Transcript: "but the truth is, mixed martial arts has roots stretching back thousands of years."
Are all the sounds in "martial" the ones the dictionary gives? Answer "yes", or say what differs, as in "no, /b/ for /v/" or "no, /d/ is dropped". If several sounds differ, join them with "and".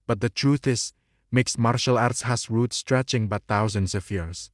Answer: yes